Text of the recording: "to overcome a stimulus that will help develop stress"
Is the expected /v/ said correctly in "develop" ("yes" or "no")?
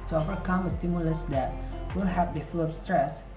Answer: no